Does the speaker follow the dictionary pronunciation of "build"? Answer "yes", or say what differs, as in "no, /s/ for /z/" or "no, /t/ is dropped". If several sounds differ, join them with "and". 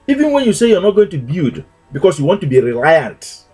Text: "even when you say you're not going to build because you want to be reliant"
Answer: no, /l/ is dropped